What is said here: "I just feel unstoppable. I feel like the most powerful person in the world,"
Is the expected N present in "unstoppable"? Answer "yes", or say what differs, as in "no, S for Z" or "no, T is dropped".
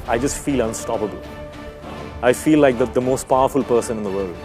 yes